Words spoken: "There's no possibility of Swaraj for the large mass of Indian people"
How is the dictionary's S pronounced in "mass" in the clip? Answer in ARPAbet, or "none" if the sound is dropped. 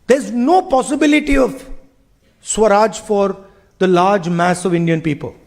S